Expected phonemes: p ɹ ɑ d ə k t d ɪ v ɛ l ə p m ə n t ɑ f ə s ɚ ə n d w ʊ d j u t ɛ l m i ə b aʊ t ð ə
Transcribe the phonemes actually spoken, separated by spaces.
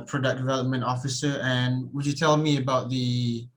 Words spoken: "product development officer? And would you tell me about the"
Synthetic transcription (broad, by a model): p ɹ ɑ d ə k d ɪ v ɛ l ə p m ə n t ɑ f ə s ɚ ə n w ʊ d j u t ɛ l m i ə b aʊ t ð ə